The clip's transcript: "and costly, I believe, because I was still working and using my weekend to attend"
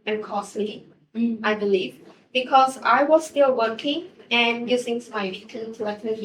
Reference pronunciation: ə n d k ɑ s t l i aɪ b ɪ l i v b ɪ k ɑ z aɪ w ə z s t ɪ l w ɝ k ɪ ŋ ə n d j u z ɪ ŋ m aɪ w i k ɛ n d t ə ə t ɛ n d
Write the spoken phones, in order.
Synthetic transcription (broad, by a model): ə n k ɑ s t i aɪ b ɪ l i v b ɪ k ɑ z aɪ w ə z s t ɪ l w ɝ k ɪ ŋ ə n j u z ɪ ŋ m aɪ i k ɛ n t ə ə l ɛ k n